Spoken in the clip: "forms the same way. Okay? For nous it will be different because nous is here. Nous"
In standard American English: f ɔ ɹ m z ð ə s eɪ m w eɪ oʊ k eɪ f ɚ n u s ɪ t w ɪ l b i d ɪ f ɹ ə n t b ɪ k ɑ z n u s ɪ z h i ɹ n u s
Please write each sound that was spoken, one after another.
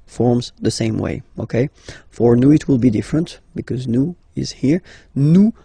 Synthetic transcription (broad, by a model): f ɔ ɹ m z ð ə s eɪ m w eɪ oʊ k eɪ f ɚ n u ɪ t w ɪ l b i d ɪ f ɹ ə n t b ɪ k ɑ z n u ɪ z h i ɹ n u